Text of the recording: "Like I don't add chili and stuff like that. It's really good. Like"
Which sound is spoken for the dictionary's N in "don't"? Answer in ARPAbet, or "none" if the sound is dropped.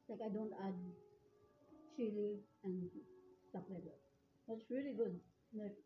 N